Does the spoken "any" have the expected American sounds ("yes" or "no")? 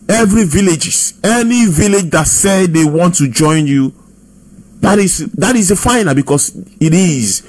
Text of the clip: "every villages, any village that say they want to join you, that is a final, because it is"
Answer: yes